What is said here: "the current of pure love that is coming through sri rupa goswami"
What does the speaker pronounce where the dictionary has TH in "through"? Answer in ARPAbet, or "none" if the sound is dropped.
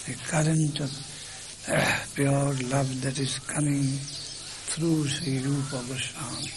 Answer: T